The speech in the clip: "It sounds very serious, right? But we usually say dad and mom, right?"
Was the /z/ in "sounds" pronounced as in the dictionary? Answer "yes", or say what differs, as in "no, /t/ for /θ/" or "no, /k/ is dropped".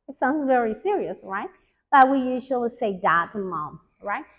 yes